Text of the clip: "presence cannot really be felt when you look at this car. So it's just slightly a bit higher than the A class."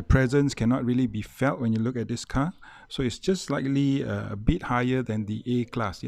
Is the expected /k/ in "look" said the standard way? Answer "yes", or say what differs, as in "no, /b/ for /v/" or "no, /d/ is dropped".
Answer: yes